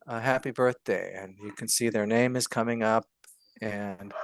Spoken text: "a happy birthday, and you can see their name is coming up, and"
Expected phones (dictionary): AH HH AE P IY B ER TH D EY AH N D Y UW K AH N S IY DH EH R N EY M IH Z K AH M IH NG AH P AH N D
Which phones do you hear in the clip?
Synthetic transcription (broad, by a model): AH HH AE P IY B ER TH D EY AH N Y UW K AH N S IY DH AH R N EY M IH Z K AH M IH NG AH P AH N